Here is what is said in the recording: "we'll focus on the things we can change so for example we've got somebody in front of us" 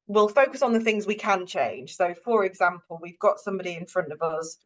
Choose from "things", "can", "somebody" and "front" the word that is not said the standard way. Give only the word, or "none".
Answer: none